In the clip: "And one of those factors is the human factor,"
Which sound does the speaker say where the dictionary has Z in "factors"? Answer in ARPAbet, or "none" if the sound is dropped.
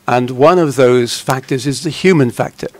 Z